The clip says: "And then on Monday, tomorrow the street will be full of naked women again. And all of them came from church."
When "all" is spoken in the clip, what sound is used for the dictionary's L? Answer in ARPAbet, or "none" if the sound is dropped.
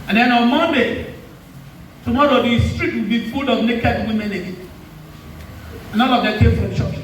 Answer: N